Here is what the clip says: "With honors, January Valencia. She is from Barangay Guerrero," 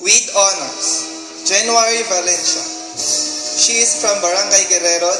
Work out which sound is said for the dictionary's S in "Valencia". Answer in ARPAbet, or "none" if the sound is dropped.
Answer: SH